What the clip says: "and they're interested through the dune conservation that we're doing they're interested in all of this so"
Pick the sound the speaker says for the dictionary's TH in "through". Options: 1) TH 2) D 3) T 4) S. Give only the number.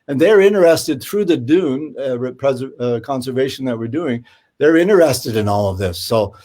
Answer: 1